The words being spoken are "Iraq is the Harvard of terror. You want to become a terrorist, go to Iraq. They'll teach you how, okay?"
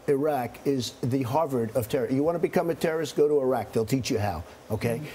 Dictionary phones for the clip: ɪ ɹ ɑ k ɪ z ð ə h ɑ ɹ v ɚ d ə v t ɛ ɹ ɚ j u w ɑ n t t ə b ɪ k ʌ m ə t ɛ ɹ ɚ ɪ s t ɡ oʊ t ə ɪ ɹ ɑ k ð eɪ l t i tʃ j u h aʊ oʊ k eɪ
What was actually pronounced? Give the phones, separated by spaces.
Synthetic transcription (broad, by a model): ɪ ɹ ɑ k ɪ z ð ə h ɑ ɹ v ɚ d ə v t ɛ ɹ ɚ j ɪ w ɑ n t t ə b ɪ k ʌ m ə t ɛ ɹ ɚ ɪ s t ɡ oʊ t ə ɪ ɹ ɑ k ð eɪ l t i tʃ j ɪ h aʊ oʊ k eɪ